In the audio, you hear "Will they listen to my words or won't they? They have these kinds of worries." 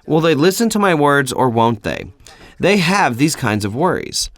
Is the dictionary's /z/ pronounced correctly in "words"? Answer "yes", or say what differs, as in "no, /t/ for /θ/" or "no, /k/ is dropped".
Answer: yes